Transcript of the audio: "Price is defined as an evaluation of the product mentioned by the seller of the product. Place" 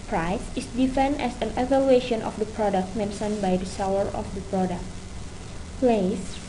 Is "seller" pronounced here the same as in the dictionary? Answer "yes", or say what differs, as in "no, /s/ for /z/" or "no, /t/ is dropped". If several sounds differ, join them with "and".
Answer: no, /w/ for /l/